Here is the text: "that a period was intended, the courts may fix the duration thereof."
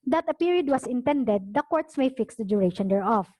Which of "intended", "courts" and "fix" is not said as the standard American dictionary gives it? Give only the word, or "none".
none